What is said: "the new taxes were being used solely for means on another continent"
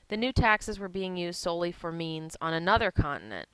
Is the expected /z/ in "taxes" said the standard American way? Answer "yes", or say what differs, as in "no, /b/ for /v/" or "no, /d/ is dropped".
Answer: yes